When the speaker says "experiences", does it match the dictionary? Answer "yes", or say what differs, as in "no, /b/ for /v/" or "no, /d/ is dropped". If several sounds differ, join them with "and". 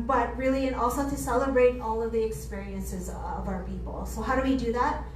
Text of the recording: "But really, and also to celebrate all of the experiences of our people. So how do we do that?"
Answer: yes